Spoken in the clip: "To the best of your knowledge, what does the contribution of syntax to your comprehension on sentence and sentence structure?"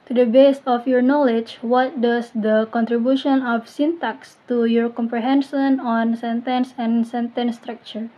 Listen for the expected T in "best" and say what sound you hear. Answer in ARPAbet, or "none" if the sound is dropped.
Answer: none